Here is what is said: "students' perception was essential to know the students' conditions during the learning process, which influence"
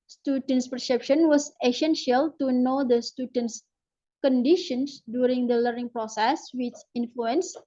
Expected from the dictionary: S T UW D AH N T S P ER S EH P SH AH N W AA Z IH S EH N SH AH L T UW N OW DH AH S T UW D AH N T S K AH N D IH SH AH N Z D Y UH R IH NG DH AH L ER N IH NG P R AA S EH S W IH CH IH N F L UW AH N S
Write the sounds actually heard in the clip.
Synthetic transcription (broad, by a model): S T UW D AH N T S P ER S EH P SH AH N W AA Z IH S EH N SH AH L T UW N OW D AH S T UW D AH N T S K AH N D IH SH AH N S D Y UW R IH NG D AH L ER N IH NG P R AA S EH S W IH CH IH N F L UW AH N S